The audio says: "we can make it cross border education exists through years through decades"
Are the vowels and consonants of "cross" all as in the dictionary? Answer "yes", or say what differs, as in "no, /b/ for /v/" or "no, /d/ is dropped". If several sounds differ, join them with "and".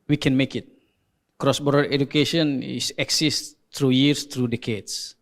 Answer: yes